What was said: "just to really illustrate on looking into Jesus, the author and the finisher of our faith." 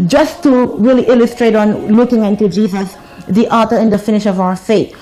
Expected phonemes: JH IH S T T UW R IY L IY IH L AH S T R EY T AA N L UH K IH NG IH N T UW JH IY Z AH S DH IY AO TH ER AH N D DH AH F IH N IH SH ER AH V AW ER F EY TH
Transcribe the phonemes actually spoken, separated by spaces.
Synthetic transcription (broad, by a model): JH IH S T T UW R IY L IY IH L AH S T R EY T AA N L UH K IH NG IH N T UW JH IY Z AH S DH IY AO T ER AH N D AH F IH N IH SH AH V AW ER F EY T